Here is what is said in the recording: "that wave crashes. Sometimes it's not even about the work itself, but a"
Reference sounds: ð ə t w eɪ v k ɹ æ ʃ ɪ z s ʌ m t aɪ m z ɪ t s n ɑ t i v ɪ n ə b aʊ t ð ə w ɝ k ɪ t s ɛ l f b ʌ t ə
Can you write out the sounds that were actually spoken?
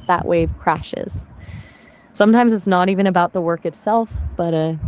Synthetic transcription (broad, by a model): ð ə t w eɪ v k ɹ æ ʃ ɪ z s ʌ m t aɪ m z ɪ t s n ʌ t i v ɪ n ə b aʊ t ð ə w ɝ k ɪ t s ɛ l f b ʌ t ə